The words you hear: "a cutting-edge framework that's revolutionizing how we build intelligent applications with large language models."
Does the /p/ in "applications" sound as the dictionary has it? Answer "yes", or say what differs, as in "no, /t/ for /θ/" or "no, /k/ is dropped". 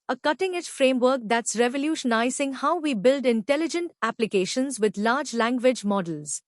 yes